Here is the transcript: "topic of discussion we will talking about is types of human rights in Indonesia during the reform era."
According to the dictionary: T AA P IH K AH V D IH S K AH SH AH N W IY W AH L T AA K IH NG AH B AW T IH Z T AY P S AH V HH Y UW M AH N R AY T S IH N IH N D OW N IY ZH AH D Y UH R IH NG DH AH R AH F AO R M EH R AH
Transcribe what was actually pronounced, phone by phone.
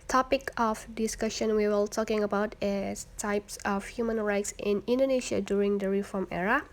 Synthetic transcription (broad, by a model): T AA P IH K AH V D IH S K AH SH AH N W IY W AH L T AA K IH NG AH B AW T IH S T AY P S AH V HH Y UW M AH N R AY T S IH N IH N D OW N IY SH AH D Y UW R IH NG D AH R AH F AO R M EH R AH